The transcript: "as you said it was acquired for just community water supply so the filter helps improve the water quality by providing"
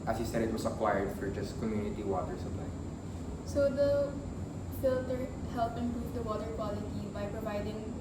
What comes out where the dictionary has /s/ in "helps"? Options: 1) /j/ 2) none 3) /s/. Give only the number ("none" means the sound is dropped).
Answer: 2